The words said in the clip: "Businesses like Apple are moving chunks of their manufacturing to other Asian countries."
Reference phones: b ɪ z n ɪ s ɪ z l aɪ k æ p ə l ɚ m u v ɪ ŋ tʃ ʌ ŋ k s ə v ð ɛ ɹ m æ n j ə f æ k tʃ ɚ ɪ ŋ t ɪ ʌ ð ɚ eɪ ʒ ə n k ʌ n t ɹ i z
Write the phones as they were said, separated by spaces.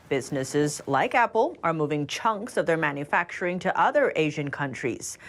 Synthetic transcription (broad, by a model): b ɪ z n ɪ s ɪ z l aɪ k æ p l ɚ m u v ɪ ŋ tʃ ʌ ŋ k s ə v ð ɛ ɹ m æ n j ə f æ k tʃ ɚ ɪ ŋ t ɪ ʌ ð ɚ eɪ ʒ ə n k ʌ n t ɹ i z